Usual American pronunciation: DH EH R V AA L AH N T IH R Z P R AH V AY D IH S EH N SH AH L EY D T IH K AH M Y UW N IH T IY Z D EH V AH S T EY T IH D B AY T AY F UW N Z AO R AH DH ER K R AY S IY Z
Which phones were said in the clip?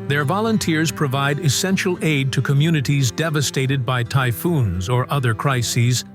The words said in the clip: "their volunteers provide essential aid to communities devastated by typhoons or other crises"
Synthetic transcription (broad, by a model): DH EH R V AA L AH N T IH R Z P R AH V AY D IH S EH N SH L EY D T IH K AH M Y UW N IH T IY Z D EH V AH S T EY T IH D B AY T AY F UW N Z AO R AH DH ER K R AY S IY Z